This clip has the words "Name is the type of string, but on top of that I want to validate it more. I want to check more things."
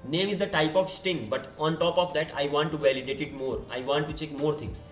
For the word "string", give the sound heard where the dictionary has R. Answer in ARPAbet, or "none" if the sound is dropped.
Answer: none